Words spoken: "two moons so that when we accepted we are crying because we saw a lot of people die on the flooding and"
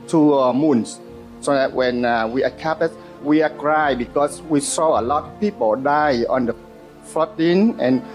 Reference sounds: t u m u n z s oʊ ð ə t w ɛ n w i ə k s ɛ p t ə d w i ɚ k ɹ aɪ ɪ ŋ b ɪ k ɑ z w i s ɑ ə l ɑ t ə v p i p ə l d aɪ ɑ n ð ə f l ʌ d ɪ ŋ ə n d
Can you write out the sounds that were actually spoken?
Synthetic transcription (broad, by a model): t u m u n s s oʊ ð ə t w ɛ n w i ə k ɛ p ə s w i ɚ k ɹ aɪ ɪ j b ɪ k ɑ s w i s ɑ ə l ɑ t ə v p i p ə l d aɪ ɑ n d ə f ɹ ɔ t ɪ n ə n